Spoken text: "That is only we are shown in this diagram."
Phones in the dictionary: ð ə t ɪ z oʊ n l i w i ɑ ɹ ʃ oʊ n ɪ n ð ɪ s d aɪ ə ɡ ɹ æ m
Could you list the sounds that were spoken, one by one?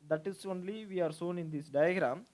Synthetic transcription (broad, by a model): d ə t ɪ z oʊ n l i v i ɑ ɹ s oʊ n ɪ n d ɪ s d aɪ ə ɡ ɹ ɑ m